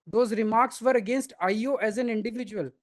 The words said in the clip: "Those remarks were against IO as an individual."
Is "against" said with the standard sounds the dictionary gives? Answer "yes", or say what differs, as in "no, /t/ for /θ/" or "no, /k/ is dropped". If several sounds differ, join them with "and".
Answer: yes